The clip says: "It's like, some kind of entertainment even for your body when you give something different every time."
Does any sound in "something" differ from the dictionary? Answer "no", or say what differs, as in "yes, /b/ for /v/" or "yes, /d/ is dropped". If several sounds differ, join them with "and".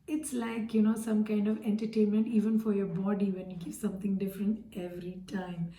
yes, /t/ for /θ/